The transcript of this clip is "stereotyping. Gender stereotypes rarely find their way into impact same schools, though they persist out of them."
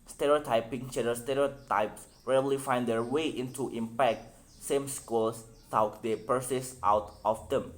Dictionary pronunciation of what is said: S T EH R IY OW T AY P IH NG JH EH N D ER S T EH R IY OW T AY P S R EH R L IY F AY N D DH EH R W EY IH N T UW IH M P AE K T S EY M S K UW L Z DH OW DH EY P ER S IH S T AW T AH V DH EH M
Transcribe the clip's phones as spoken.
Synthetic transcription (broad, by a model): S T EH R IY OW T AY P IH NG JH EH D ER S T EH R IY OW T AY P S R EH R L IY F AY N D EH R W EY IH N T UW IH M P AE K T S EY M S K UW L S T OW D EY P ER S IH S T AW T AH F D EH M